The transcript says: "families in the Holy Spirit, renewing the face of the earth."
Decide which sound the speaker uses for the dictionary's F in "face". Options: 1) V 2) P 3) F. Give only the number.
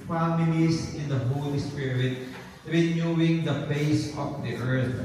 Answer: 2